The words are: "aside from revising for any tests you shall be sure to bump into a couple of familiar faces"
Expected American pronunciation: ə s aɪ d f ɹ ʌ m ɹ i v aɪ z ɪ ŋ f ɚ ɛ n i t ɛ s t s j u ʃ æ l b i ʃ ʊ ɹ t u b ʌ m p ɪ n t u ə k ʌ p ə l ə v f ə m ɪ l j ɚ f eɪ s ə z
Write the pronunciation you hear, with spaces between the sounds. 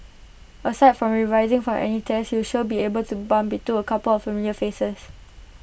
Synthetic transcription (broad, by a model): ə s aɪ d f ɹ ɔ m ɹ i v aɪ z ɪ ŋ f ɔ ɛ n i t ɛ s s j u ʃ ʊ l b i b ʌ l t u b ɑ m b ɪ t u ə k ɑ p ə l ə f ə m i l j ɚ f eɪ s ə s